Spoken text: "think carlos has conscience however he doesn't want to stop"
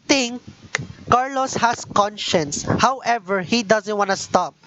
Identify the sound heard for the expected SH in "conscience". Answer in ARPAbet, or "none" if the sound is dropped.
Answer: SH